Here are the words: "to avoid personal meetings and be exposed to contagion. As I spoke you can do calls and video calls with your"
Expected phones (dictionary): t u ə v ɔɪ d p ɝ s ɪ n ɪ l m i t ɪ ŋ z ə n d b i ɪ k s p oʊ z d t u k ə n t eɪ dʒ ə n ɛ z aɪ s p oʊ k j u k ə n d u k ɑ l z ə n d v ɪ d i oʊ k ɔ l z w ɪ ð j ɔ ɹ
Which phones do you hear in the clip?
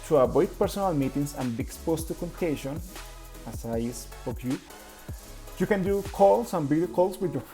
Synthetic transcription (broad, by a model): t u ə b ɔɪ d p ɝ s ɪ n ɪ l m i t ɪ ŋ s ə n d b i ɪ k s p oʊ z t u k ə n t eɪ ʃ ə n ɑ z aɪ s oʊ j j u k ə n d u k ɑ l s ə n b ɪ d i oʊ k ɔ l s w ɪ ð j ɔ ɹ